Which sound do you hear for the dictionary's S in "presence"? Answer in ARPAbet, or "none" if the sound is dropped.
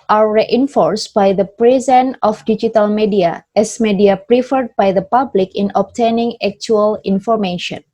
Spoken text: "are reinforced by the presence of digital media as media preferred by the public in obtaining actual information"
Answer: none